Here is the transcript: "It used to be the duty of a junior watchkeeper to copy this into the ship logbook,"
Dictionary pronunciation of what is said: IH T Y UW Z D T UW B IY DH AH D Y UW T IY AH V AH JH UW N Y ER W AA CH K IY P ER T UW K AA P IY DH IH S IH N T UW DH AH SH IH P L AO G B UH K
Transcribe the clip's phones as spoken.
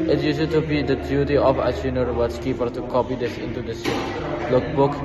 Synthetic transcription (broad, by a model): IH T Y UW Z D T UW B IY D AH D Y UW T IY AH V AH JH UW N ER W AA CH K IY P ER T UW K AA P IY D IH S IH N T UW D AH S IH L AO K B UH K